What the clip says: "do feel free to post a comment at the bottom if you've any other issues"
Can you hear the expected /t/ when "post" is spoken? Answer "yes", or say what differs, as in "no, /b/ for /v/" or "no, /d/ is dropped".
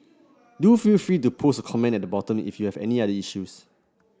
no, /t/ is dropped